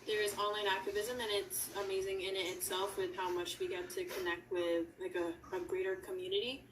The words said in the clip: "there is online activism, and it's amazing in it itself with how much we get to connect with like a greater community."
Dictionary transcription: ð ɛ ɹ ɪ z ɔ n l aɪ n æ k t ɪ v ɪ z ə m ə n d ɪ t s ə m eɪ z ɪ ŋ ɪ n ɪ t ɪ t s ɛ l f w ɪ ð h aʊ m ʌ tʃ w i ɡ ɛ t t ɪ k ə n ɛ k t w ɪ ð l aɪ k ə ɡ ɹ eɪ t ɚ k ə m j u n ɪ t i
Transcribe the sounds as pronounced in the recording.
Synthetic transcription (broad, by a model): ð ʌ ɹ ɪ z ɔ n l aɪ n æ k t ɪ v ɪ z ə m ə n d ɪ t s ə m eɪ z ɪ ŋ ɪ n ɪ t ɪ t s ɛ l f w ɪ ð h aʊ m ʌ tʃ w i ɡ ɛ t t ɪ k ə n ɛ k t w ɪ ð l aɪ k ə ɡ ɹ eɪ t ɚ k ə m j u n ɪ t i